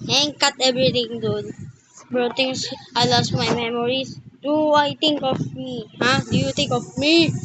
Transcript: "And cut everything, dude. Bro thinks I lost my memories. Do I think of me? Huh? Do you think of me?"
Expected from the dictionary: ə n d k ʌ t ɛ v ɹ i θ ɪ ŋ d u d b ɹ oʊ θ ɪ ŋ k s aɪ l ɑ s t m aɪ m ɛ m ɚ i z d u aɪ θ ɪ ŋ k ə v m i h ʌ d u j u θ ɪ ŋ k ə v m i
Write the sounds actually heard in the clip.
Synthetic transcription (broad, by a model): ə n k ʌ t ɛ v ɹ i t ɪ ŋ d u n b ɹ oʊ t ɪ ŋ s aɪ l ɑ s t m aɪ m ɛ m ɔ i s d u aɪ t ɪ ŋ k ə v m i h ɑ d u j u t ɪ ŋ k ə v m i